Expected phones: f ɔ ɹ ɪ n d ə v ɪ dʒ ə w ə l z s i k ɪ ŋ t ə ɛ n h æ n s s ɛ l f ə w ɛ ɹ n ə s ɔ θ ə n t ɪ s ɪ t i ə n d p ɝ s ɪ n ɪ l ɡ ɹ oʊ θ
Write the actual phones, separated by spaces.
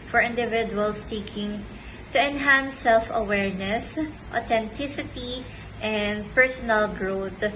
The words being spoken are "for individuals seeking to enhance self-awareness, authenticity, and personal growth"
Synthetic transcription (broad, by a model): f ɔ ɹ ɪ n d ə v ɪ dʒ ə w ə l s i k ɪ ŋ t ə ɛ n h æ n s s ɛ l f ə w ɛ ɹ n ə s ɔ t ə n t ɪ s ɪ t i ə n d p ɝ s ɪ n ɪ l ɡ ɹ oʊ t